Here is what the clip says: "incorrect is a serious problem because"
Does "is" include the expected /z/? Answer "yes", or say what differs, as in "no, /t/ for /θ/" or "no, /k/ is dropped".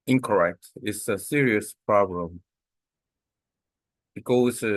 no, /s/ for /z/